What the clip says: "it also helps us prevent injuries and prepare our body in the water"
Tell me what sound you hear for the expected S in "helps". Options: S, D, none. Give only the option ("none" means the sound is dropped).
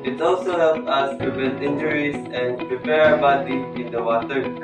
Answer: none